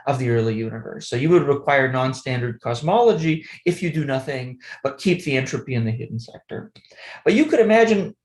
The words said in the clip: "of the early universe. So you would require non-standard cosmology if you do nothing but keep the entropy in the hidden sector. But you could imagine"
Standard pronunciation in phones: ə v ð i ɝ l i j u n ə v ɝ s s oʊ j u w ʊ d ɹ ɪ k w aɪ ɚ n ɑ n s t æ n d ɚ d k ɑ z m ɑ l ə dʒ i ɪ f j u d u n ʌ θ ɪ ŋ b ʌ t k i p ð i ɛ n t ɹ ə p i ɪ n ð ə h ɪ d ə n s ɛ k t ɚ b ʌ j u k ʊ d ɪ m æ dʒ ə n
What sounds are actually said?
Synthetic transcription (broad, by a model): ə v ð i ɝ l i j u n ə v ɝ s s oʊ j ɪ w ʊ d ɹ ɪ k w aɪ ɚ n ɑ n s t æ n d ɚ d k ɑ z m ɑ l ə dʒ i ɪ f j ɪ d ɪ n ʌ θ ɪ ŋ b ʌ t k i p ð i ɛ n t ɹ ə p i ɪ n ð ə h ɪ d n s ɛ k t ɚ b ʌ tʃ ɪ k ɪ d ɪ m æ dʒ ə n